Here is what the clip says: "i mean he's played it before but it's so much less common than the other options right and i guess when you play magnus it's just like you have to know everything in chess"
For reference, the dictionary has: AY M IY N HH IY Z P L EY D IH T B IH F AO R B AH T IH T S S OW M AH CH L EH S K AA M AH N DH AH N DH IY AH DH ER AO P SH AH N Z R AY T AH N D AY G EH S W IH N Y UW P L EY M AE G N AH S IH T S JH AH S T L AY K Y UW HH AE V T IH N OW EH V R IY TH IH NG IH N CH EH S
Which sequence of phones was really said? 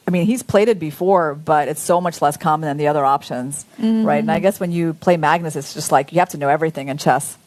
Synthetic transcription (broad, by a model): AY M IY N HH IY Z P L EY D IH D B IH F AO R B AH T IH T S S OW M AH CH L EH S K AA M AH N DH AH N DH IY AH DH ER AO P SH AH N Z R AY T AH N AY G EH S W IH N Y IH P L EY M AE G N AH S IH T S JH AH S T L AY K Y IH HH AE F T IH N OW EH V R IY TH IH NG IH N CH EH S